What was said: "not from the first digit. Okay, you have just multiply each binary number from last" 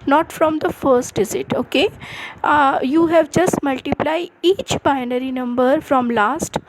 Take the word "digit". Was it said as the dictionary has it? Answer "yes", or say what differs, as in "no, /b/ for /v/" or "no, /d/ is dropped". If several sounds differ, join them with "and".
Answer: no, /z/ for /dʒ/